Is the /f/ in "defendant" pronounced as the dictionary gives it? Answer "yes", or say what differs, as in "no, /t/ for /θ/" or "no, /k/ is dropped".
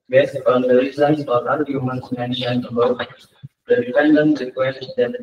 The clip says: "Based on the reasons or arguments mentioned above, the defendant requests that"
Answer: no, /p/ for /f/